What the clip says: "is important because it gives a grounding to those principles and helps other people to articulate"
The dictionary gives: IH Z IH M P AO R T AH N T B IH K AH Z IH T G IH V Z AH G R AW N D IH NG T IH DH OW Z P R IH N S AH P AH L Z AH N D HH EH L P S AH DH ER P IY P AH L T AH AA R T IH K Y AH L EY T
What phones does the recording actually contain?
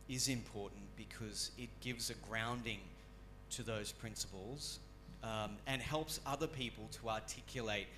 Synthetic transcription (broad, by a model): IH Z IH M P AO R T N B IH K AH Z IH T G IH V Z AH G R AW N D IH NG T IH DH OW Z P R IH N S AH P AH L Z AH N HH EH L P S AH DH ER P IY P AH L T AH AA R T IH K Y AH L EY T